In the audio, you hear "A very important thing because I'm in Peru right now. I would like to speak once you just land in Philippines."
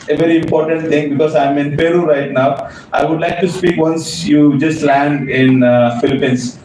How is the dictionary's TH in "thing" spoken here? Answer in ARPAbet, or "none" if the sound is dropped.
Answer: T